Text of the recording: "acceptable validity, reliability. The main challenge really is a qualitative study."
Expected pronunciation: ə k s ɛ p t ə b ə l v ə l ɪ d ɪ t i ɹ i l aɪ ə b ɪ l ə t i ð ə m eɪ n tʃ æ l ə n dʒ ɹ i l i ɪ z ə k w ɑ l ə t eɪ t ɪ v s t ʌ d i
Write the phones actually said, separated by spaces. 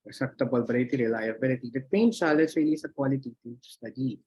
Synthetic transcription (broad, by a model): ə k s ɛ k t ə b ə l b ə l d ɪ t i ɹ i l aɪ ə b ɪ l ə t i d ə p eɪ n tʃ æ l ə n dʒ ɹ i l i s ə k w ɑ l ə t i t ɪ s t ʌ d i